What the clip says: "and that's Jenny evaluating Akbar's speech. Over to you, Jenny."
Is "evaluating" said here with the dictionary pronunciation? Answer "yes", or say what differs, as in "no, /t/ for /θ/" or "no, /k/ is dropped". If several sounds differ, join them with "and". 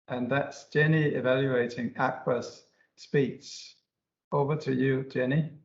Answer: yes